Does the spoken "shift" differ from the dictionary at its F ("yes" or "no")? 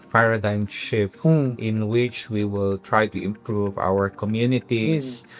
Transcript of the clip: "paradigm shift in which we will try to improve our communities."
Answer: yes